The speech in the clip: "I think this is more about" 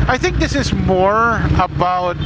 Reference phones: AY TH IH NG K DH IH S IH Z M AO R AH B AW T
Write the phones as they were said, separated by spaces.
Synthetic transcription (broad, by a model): AY TH IH NG K DH IH S IH Z M AO R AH B AW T